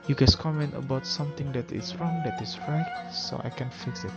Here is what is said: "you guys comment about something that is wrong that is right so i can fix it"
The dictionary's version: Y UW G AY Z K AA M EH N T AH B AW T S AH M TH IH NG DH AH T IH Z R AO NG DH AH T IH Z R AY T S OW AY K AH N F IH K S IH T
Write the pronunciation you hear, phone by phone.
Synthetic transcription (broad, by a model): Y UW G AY S K AA M EH N T AH B AW T S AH M T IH NG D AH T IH S R AO NG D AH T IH S R AY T S OW AY K AH N F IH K S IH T